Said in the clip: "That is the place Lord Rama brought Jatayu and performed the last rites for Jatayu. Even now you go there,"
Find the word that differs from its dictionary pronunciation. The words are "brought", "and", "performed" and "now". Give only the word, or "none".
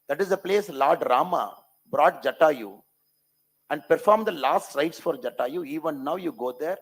none